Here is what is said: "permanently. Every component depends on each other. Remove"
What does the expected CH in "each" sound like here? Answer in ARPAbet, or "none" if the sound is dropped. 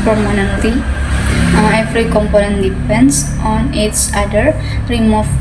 S